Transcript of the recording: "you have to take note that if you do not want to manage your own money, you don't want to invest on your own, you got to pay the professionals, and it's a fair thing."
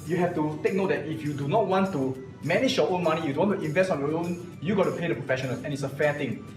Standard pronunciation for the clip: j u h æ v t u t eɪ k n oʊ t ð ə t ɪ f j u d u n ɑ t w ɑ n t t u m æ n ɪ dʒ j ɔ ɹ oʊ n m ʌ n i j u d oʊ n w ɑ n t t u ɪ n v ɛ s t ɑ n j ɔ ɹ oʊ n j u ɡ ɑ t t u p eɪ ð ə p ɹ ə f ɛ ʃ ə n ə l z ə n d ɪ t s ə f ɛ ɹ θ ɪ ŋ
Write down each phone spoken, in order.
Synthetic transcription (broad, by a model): j u h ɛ f t u t eɪ k n oʊ t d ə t ɪ f j u d u n ɑ t w ɑ n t t u m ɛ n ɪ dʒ j ɔ oʊ n m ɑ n i j u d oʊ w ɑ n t t u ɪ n v ɛ s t ɑ n j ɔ oʊ n j u ɡ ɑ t t u p eɪ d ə p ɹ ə f ɛ ʃ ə n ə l ə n ɪ t s ə f ɛ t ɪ ŋ